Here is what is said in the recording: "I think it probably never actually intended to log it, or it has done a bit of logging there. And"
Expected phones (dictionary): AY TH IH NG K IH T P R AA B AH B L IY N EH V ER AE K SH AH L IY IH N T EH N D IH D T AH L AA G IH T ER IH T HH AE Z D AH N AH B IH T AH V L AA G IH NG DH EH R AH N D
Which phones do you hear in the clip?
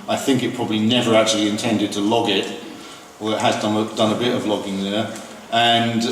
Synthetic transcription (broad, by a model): AY TH IH NG K IH T P R AA B AH B L IY N EH V ER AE K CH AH L IY IH N T EH N D IH D T AH L AA G IH T ER IH T HH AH Z D AH N AH B IH T AH V L AA G IH NG DH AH R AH N